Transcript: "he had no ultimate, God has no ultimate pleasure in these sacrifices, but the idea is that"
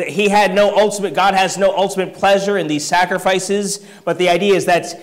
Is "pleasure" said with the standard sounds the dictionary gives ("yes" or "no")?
yes